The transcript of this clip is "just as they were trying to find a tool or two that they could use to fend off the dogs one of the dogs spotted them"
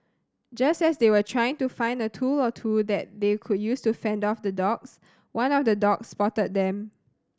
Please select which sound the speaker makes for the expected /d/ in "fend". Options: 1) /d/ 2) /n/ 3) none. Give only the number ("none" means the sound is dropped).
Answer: 1